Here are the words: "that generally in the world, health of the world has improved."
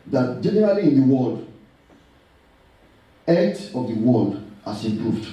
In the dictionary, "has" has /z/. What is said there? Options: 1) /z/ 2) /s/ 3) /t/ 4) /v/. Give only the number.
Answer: 2